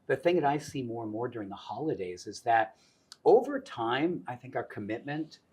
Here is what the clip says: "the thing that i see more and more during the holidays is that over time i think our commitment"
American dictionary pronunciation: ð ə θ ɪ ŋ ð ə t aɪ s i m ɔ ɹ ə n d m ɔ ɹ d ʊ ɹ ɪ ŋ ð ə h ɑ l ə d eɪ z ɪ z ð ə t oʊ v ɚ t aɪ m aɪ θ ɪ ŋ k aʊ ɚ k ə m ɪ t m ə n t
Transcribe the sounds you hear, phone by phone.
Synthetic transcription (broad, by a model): ð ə θ ɪ ŋ ð ə t aɪ s i m ɔ ɹ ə n m ɔ ɹ d ʊ ɹ ɪ ŋ ð ə h ɑ l ə d eɪ z ɪ z ð ə t oʊ v ɚ t aɪ m aɪ θ ɪ ŋ k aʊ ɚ k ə m ɪ t m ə n t